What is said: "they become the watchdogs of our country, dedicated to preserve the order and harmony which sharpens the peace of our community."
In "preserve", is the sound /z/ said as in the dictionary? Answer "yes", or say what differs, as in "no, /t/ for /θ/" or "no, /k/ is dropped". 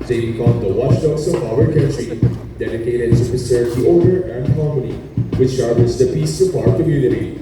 no, /s/ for /z/